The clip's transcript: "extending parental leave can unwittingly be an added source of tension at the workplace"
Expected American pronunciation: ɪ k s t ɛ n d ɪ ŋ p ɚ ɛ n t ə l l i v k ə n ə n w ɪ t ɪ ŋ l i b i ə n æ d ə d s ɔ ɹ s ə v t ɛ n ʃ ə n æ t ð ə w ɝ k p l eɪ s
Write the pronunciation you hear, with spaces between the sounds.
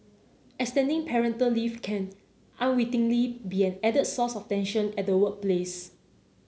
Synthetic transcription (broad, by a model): ɪ k s t ɛ n d ɪ ŋ p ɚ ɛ n t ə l l i f k ə n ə n w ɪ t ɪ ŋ l i b i ə n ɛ d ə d s ɔ s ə f t ɛ n ʃ ə n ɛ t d ə w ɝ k p l eɪ s